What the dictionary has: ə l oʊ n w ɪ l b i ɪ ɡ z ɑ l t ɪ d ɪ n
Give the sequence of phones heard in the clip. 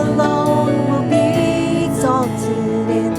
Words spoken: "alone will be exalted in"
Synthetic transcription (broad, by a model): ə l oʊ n w ɪ l b i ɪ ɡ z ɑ t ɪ ɪ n